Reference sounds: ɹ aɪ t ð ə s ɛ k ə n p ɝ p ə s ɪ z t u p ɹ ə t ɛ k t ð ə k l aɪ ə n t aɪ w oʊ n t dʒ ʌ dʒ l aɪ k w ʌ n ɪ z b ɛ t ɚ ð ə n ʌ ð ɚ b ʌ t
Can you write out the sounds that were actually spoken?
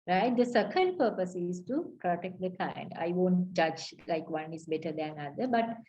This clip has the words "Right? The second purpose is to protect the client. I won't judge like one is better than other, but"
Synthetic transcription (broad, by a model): ɹ aɪ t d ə s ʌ k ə l p ɝ p ə s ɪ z t u p ɹ ə t ɛ k t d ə k aɪ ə n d aɪ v oʊ n t dʒ ʌ dʒ l aɪ k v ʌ n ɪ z b ɛ t ɚ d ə n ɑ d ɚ b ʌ t